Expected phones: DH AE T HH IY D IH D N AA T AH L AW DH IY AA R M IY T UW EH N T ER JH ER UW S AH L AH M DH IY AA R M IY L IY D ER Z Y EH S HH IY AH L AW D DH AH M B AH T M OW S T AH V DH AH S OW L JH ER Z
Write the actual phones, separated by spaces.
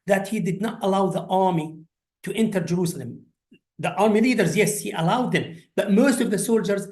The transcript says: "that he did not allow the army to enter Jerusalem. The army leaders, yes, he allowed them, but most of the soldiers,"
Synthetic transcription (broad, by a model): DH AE T HH IY D IH D N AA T AH L AW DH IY AA R M IY T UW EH N T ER JH ER UW S AH L AH M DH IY AA R M IY L IY D ER Z Y EH S HH IY AH L AW D DH AH M B AH T M OW S T AH V DH AH S OW L JH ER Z